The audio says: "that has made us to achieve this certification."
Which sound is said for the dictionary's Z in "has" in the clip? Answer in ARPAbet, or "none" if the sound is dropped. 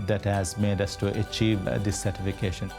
Z